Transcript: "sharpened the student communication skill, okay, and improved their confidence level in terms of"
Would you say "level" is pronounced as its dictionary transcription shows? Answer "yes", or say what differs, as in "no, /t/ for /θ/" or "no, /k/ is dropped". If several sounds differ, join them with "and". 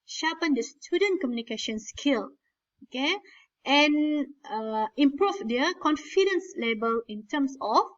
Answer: no, /b/ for /v/